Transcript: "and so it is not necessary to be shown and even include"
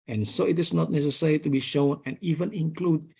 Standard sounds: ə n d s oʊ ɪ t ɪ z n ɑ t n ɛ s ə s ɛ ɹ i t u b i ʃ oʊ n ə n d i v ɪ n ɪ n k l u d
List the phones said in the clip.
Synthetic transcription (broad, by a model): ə n s oʊ ɪ t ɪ s n ɑ t n ɛ s ə s ɛ ɹ i t u b i ʃ oʊ n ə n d i v ɪ n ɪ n k l u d